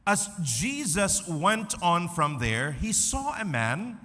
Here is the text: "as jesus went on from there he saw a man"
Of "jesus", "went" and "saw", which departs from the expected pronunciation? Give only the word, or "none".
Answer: none